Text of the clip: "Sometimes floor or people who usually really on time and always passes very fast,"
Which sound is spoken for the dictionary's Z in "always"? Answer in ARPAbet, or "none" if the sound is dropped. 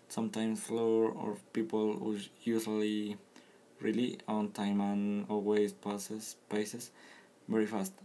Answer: S